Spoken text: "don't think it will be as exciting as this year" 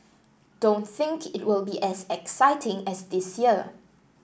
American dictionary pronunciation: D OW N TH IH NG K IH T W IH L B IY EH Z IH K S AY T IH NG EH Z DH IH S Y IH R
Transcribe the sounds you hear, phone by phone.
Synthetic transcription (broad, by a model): D OW N TH IH NG K IH T W IH L B IY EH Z IH K S AY T IH NG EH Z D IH S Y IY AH